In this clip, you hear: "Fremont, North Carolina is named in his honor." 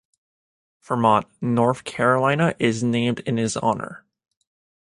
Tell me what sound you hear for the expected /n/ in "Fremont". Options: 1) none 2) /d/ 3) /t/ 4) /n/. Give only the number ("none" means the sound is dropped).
1